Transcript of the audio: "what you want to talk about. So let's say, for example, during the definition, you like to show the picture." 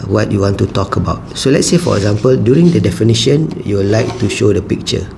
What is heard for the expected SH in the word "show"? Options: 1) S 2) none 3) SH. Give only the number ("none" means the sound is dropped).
3